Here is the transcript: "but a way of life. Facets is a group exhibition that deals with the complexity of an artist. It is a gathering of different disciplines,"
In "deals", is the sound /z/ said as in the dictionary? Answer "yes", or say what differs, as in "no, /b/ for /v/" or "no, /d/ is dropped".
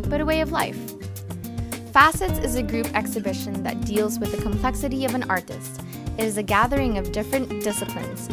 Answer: yes